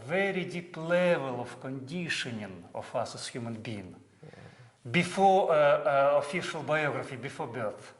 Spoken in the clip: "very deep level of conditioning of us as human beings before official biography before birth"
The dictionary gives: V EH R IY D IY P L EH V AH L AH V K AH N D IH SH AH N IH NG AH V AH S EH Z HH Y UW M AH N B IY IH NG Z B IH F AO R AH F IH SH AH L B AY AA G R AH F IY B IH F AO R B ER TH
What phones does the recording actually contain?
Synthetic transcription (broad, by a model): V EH R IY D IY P L EH V AH L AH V K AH N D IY SH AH N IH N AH F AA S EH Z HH Y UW M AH N B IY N B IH F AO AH F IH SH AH L B AY AA G R AH F IY B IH F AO B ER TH